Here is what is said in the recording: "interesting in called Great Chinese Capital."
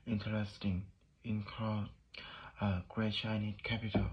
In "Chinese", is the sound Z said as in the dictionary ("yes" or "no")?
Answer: no